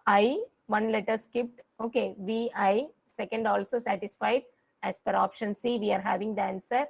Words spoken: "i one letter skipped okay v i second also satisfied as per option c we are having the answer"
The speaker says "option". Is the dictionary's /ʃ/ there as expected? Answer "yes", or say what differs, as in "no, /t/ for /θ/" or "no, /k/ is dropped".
yes